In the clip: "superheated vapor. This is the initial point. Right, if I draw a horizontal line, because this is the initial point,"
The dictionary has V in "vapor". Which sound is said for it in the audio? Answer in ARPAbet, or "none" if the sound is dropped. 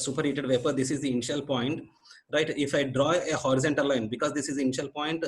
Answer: V